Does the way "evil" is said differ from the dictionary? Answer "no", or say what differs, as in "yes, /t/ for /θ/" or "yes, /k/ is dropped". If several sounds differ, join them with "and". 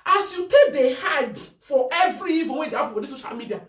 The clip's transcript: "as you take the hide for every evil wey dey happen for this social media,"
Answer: yes, /n/ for /l/